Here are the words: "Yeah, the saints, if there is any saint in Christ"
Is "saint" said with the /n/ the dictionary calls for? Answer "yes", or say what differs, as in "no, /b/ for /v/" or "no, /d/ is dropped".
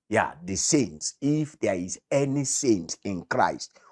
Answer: yes